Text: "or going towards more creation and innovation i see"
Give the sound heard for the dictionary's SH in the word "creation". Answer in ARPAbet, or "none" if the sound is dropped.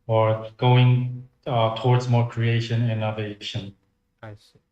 none